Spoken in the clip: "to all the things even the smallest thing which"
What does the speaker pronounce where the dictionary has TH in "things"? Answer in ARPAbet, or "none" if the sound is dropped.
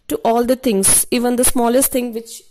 T